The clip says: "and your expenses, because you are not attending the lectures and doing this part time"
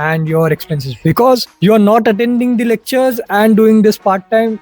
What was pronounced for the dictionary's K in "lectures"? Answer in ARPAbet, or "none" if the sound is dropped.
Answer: K